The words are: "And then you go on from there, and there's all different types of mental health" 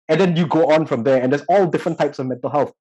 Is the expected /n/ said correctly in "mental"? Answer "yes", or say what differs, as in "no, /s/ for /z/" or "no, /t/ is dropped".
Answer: yes